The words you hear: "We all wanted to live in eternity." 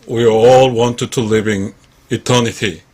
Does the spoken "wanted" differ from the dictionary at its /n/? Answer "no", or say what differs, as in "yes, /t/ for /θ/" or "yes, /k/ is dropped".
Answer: no